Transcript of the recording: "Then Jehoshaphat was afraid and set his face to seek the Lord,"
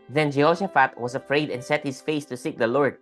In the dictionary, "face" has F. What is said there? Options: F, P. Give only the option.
F